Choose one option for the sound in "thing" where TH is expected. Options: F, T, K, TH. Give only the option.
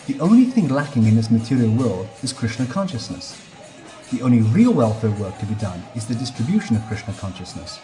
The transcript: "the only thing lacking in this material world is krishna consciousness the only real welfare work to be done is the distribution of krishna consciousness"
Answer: TH